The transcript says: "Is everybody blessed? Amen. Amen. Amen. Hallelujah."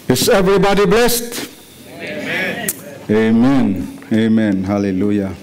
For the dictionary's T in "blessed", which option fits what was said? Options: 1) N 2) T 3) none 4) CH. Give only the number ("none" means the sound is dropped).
2